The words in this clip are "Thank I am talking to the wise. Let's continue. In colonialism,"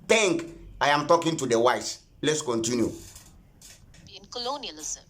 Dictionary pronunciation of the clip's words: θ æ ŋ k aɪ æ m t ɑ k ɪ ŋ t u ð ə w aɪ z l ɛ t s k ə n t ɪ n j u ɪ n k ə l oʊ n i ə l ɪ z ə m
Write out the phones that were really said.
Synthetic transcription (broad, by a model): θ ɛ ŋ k aɪ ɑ m t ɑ k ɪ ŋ t u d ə w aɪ s l ɛ t s k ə n t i n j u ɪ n k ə l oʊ n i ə l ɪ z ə